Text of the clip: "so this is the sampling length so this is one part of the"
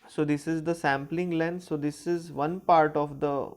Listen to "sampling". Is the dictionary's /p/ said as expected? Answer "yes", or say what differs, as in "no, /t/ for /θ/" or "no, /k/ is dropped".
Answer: yes